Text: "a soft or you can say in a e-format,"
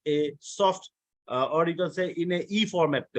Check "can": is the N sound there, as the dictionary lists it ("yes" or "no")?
no